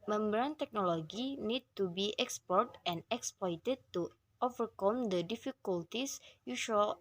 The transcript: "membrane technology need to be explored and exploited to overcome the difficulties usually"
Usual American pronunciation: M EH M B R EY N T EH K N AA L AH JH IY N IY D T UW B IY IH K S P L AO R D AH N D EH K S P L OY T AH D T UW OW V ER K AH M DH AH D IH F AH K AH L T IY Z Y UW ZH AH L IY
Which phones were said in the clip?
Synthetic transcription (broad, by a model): M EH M B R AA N T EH K N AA L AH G IY N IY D T UW B IY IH K S P AO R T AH N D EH K S P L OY T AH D T UW OW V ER K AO M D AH D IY F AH K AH L T IY S Y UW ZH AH L